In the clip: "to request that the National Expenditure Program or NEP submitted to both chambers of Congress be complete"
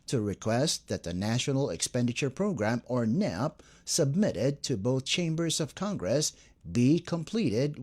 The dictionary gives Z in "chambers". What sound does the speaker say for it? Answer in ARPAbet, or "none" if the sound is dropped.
Z